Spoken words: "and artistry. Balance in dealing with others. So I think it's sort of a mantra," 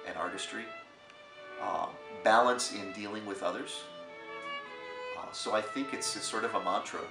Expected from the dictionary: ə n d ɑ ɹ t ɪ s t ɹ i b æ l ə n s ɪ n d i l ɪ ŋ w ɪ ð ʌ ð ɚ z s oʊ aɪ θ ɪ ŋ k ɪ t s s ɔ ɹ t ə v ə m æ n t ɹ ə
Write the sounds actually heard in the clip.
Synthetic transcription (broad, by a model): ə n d ɑ ɹ t ɪ s t ɹ i b æ l ə n s ɪ n d i l ɪ ŋ w ɪ ð ʌ ð ɚ z s oʊ aɪ θ ɪ ŋ k ɪ t s s ɔ ɹ t ə v ə m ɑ n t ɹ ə